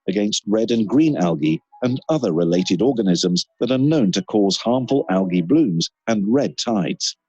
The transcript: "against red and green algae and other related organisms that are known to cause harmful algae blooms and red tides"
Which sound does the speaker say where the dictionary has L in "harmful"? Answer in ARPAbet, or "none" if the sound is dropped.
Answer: L